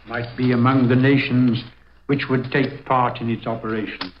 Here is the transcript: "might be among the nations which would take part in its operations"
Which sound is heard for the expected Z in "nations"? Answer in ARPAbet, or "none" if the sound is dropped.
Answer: Z